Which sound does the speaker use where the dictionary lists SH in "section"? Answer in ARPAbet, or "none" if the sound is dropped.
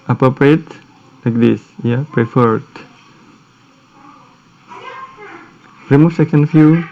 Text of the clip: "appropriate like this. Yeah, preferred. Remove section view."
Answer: none